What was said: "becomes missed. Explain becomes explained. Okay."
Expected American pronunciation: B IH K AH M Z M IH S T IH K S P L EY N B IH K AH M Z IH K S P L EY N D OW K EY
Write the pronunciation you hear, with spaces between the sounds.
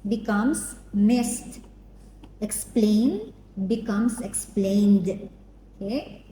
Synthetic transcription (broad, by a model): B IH K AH M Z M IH S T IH K S P L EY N B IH K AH M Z IH K S P L EY N D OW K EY